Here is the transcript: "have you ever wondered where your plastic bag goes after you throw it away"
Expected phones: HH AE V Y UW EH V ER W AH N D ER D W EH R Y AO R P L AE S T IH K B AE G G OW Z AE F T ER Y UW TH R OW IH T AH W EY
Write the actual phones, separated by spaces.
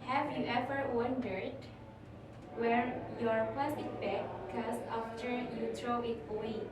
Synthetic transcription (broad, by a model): HH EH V Y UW EH V ER W AH N D ER D W EH R Y AO R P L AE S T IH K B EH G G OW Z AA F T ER Y UW T R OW IH T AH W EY